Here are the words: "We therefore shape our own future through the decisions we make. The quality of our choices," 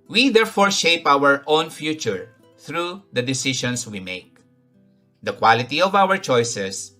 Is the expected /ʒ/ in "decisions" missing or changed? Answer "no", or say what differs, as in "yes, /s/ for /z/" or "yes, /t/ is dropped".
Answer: yes, /ʃ/ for /ʒ/